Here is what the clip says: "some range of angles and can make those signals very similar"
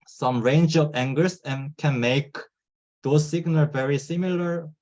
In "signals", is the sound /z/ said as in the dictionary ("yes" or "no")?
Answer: no